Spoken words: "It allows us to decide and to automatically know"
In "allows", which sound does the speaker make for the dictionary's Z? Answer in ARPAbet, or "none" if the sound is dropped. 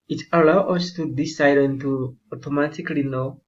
none